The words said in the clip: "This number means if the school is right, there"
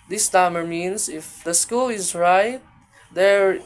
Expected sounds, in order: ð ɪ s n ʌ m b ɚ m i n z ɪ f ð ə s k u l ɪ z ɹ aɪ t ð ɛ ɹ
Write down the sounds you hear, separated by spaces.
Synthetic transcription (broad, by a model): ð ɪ s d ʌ m ɚ m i n s ɪ f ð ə s k u l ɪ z ɹ aɪ t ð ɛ ɹ